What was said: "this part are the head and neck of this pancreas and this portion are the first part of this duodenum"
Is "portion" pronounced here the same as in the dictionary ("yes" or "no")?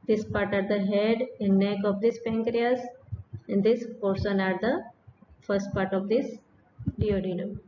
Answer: no